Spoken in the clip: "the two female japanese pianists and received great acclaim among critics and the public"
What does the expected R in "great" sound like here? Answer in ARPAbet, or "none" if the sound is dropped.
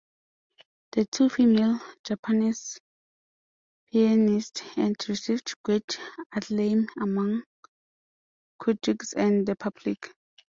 W